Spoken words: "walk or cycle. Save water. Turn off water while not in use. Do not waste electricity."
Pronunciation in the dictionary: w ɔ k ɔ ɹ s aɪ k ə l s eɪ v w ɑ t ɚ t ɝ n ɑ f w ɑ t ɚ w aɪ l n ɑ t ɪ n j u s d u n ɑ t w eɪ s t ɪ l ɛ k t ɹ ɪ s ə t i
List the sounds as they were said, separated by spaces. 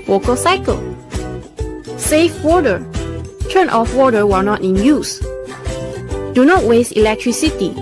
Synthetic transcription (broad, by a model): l ɔ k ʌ l s aɪ k ə l s eɪ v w ɑ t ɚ t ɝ n ɑ f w ɑ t ɚ w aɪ n ɑ t ɪ n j u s d u n ɑ t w eɪ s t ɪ l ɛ k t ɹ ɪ s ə t i